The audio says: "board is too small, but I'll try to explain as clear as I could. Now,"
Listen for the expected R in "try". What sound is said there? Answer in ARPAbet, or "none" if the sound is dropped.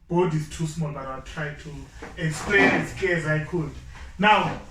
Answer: R